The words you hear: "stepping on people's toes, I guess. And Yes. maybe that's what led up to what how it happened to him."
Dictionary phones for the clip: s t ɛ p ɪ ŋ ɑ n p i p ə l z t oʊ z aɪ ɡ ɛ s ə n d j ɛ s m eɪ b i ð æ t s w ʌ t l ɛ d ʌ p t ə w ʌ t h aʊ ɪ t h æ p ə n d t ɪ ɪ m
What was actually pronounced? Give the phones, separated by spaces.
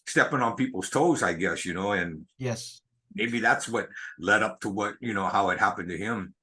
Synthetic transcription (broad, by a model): s t ɛ p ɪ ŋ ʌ n p i p l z t oʊ z aɪ ɡ ɛ s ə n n j ɛ s m eɪ b i ð æ t s w ʌ t l ɛ d ʌ p t ə w ʌ t h aʊ ɪ t h æ p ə n t ɪ ɪ m